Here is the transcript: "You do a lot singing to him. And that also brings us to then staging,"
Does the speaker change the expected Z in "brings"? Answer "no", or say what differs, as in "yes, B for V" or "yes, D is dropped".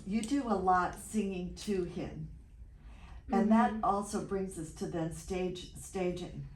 no